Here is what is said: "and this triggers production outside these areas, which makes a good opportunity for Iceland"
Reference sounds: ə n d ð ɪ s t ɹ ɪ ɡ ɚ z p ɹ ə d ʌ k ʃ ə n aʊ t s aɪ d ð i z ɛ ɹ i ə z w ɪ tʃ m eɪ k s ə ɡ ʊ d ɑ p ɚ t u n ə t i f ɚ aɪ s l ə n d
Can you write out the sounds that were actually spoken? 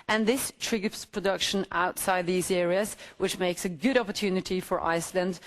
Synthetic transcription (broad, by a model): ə n ð ɪ s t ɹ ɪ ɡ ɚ s p ɹ ə d ʌ k ʃ ə n aʊ t s aɪ d ð i z ɛ ɹ i ə z w ɪ tʃ m eɪ k s ə ɡ ʊ d ɑ p ɚ t u n ə t i f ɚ aɪ s l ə n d